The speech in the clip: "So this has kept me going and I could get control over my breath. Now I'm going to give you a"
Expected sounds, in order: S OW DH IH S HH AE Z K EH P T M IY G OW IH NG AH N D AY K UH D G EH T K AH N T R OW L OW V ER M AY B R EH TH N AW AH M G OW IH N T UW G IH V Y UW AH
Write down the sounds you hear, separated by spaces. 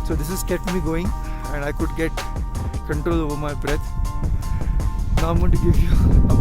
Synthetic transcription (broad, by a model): S OW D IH S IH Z K EH P T M IY G OW IH NG AH N D AY K UH D G EH T K AH N T R OW L OW V ER M AY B R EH T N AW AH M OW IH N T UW G IH V Y UW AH